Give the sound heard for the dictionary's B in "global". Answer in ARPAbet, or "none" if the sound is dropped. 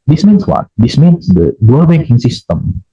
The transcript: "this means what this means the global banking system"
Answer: none